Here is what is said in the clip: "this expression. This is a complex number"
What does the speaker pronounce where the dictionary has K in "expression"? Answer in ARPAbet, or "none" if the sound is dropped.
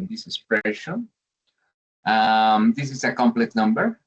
none